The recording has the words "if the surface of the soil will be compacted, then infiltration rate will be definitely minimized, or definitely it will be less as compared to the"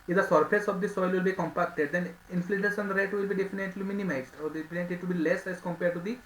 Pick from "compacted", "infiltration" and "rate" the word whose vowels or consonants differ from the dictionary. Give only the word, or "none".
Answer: infiltration